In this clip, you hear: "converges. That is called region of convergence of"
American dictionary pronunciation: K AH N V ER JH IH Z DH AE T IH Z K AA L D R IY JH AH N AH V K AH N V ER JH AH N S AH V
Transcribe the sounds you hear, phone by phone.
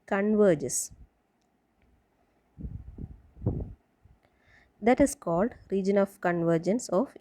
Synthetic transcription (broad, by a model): K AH N V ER JH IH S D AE T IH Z K AA L D R IY JH AH N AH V K AH N V ER JH AH N S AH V